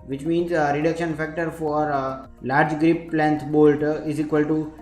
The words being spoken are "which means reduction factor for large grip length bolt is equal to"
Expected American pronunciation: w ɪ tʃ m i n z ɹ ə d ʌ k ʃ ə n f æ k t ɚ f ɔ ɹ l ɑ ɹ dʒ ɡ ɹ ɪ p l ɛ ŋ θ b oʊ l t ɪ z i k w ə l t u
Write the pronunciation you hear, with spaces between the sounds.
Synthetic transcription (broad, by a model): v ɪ tʃ m i n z ɹ ə d ʌ k ʃ ə n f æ k t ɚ f ɔ ɹ l ɑ ɹ dʒ ɡ ɹ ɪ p l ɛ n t b oʊ l t ɪ z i k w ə l t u